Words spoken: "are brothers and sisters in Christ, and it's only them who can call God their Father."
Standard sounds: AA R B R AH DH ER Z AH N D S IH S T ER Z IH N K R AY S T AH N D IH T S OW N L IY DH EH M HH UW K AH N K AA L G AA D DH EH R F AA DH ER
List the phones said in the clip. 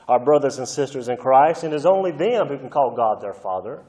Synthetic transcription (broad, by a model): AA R B R AH DH ER Z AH N S IH S T ER Z IH N K R AY S T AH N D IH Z OW N L IY DH EH M HH UW K N K AA L G AA D DH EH R F AA DH ER